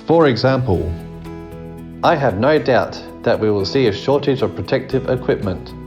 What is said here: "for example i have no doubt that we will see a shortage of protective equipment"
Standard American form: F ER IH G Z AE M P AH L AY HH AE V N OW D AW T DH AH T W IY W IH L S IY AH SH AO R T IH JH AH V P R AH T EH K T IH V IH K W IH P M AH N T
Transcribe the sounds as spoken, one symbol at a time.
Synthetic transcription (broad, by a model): F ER IH G Z AE M P AH L AY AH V N OW D AW T DH AH T W IY W IH L S IY AH SH AO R T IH JH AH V P R AH T EH K T IH V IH K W IH P M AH N T